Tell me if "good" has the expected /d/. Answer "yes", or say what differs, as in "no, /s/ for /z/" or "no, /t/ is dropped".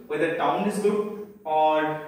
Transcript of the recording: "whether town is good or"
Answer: no, /d/ is dropped